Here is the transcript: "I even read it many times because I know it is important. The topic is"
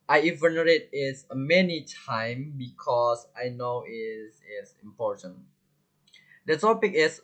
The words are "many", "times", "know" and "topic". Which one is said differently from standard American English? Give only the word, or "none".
times